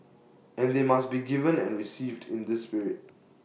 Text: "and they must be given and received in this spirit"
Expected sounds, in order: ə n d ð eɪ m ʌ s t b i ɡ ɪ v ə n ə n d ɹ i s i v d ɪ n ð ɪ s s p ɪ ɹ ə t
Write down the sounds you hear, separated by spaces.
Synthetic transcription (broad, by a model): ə n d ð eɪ m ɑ s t b i ɡ ɪ v ə n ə n ɹ i s i v d ɪ n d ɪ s s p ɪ ɹ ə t